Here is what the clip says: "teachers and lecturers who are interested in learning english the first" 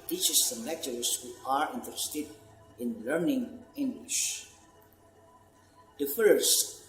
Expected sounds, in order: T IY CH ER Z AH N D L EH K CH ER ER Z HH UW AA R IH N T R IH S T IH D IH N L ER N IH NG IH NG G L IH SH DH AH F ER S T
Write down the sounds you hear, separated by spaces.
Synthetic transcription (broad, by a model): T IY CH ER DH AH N L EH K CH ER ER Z HH UW AA R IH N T IH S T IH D IH N L ER N IH NG IH NG G L IH SH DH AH F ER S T